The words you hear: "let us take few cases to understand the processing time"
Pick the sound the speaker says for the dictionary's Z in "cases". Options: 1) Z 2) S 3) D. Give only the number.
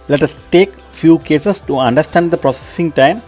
2